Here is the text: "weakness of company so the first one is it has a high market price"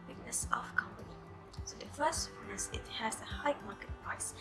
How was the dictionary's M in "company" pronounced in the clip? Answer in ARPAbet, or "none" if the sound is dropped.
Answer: M